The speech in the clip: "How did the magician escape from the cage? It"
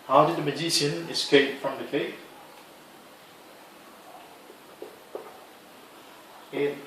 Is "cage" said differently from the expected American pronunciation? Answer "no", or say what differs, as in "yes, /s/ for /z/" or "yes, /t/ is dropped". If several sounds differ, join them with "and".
yes, /dʒ/ is dropped